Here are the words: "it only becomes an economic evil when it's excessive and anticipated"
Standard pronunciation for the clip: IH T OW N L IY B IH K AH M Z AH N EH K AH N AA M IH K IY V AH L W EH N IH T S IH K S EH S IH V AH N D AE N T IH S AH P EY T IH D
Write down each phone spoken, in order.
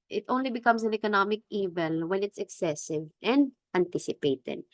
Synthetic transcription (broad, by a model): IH T OW N L IY B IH K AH M S AH N EH K AH N AA M IH K IY V AH L W EH N IH T S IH K S EH S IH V AH N D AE N T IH S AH P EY T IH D